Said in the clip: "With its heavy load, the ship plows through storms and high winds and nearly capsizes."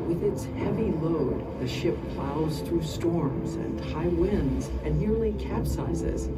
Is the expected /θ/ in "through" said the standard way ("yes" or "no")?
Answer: yes